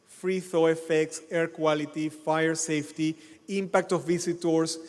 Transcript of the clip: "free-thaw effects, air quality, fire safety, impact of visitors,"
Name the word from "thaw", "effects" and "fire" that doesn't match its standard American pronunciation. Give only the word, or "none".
none